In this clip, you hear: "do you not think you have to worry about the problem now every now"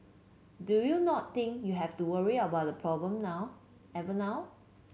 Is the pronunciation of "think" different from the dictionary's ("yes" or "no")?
yes